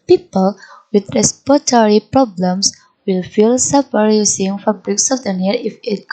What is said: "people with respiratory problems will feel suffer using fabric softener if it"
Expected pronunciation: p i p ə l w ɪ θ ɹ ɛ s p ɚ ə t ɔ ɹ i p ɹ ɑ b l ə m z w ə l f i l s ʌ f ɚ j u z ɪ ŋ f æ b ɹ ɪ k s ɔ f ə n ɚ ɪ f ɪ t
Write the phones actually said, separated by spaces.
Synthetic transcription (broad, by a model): p i p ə l w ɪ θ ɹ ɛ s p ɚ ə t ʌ ɹ i p ɹ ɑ b l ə m s w ə l f i l s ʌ p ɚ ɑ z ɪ ŋ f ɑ b ɹ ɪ k s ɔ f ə n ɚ ɪ f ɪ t